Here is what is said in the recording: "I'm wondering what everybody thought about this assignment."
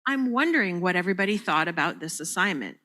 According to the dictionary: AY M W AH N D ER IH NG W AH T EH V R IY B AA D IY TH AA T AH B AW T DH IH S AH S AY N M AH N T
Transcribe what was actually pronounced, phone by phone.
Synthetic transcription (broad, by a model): AY M W AH N D ER IH NG W AH T EH V R IY B AA D IY TH AA T AH B AW T DH IH S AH S AY N M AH N T